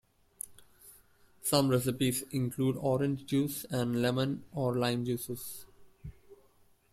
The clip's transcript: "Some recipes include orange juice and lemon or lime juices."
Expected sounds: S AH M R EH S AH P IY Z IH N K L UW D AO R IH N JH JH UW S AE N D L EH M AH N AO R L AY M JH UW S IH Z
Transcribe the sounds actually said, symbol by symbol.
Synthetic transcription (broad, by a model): S AH M R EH S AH P IY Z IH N K L UW D AO R IH N JH JH UW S AE N D L EH M AH N AO R L AY M JH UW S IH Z